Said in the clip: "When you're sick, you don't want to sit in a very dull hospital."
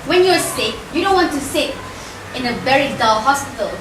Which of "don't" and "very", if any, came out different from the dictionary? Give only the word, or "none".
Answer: very